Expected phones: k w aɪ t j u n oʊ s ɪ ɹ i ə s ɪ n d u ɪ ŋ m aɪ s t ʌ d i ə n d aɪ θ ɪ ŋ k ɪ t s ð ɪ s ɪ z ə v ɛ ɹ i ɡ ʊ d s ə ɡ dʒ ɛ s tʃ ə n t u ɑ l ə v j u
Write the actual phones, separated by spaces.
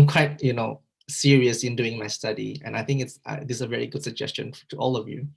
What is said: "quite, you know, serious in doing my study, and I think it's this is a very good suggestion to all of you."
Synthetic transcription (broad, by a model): k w aɪ t j u n oʊ s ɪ ɹ i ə s ɪ n d u ɪ ŋ m aɪ s t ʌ d i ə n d aɪ θ ɪ ŋ k ɪ t s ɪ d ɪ s ə v ɛ ɹ i ɡ ʊ d s ə ɡ dʒ ɛ s tʃ ə n t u ɑ l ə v j u